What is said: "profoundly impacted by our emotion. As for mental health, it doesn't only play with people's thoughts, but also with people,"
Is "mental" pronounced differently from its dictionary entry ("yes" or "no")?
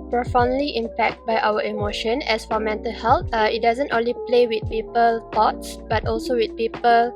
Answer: no